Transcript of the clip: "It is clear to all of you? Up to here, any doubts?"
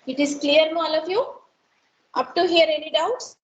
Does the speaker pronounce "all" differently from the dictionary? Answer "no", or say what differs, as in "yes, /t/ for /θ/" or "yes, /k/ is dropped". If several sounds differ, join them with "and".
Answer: no